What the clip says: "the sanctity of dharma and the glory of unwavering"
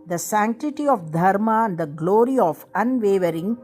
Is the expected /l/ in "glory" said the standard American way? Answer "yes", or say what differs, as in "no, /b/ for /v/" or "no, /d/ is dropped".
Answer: yes